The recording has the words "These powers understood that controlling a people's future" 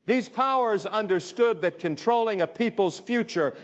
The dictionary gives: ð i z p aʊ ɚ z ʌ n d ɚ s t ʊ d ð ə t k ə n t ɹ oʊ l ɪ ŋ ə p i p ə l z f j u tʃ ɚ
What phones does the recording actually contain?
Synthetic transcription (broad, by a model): ð i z p aʊ ɚ z ʌ n d ɚ s t ʊ d ð ə t k ə n t ɹ oʊ l ɪ ŋ ə p i p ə l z f j u tʃ ɚ